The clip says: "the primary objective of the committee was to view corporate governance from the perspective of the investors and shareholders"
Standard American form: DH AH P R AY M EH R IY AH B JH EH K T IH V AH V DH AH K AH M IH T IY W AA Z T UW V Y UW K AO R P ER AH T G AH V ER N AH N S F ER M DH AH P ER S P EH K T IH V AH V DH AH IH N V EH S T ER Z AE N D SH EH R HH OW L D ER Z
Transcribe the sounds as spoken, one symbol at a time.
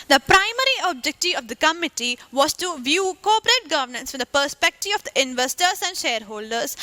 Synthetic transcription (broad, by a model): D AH P R AY M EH R IY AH B JH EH K T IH AH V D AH K AH M IH T IY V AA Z T UW V Y UW K AO P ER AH T G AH V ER N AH N S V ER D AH P ER S P EH K T IH V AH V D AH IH N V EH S T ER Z AE N D SH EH R HH OW L D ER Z